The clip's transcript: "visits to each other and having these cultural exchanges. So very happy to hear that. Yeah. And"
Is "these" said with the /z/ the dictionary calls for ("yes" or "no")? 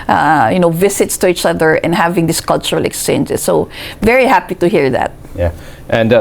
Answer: no